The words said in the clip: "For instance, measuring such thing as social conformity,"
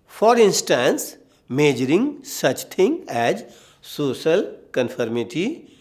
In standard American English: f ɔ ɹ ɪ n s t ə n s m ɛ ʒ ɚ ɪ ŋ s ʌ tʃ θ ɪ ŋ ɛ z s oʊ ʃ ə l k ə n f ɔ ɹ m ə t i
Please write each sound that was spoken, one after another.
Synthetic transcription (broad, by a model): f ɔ ɹ ɪ n s t ə n s m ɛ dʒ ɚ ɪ ŋ s ʌ tʃ t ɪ ŋ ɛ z s oʊ ʃ ə l k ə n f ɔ ɹ m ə t i